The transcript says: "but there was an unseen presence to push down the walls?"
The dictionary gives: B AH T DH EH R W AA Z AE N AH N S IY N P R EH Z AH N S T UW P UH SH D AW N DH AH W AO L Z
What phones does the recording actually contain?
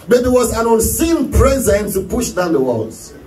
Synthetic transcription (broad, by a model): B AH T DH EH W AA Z AE N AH N S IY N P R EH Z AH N T UW P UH SH D AW N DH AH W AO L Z